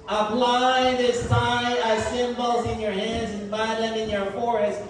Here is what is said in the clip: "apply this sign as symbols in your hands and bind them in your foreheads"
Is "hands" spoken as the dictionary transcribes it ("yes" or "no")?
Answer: yes